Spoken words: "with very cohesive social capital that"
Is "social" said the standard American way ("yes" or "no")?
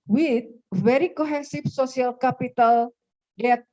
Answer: no